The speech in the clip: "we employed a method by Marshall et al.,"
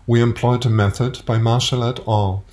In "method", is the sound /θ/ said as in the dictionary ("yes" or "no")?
yes